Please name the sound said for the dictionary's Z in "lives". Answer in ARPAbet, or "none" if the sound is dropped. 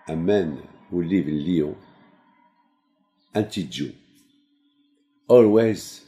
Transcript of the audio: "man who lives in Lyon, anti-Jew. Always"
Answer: none